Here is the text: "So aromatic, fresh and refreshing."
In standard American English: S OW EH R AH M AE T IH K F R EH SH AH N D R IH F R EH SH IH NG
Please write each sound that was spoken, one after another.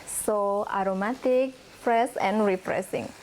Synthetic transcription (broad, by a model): S OW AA R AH M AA T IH K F R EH S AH N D R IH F R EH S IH NG